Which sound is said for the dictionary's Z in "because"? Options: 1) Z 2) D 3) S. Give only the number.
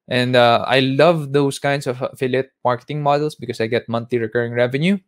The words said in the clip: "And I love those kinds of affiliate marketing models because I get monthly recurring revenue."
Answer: 3